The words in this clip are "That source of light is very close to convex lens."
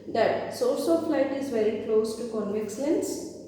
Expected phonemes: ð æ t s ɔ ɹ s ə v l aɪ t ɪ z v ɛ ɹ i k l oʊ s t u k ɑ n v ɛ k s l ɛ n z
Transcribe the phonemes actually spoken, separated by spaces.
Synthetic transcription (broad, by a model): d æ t s ɔ l s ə f l aɪ t ɪ z v ɛ ɹ i k l oʊ s t u k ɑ n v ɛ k s l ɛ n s